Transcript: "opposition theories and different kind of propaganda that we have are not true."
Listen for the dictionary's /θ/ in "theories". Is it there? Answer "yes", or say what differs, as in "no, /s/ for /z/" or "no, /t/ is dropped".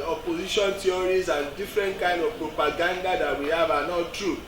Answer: no, /t/ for /θ/